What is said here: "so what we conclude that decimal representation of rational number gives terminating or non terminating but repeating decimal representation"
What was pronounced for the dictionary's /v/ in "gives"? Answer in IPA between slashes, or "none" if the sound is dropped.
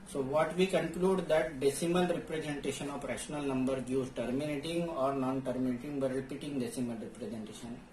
none